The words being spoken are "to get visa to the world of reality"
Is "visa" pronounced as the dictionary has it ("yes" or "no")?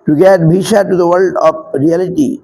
no